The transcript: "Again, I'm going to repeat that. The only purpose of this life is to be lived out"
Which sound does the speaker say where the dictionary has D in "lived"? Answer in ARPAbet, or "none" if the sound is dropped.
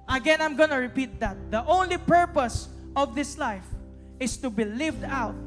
D